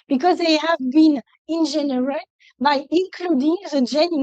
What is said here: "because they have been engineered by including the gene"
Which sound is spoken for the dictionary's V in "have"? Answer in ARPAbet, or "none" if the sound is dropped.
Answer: V